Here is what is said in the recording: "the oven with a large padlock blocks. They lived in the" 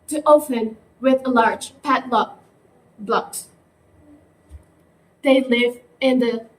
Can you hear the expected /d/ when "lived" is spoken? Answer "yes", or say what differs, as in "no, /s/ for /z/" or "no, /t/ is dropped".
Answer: no, /d/ is dropped